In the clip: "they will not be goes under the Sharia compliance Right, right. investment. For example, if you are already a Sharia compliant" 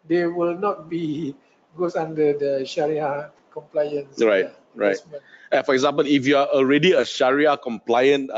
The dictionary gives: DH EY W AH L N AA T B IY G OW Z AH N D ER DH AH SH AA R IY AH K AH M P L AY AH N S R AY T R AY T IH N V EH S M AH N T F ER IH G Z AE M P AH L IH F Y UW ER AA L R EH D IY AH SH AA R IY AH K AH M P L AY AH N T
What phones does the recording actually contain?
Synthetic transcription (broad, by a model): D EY W AH L N AA T B IY G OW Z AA N D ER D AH SH AA R IY AH K AH M P L AY AH N S R AY T R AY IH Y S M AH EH F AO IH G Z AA M P AH L IH F Y UW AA AA L R EH D IY AH SH AA R IY AH K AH M P L AY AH N